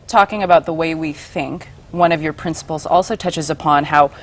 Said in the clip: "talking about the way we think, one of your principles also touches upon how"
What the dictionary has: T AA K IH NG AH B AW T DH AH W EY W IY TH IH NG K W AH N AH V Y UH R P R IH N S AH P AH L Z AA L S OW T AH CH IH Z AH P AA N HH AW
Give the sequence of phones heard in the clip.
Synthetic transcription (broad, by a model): T AA K IH NG AH B AW T DH AH W EY W IY TH IH NG K W AH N AH V Y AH R P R IH N S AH P L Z AA L S OW T AH CH IH Z AH P AA N HH AW